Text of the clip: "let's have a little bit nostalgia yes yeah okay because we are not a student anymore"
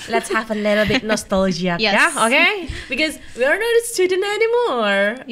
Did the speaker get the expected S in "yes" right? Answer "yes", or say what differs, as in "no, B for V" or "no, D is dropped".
no, S is dropped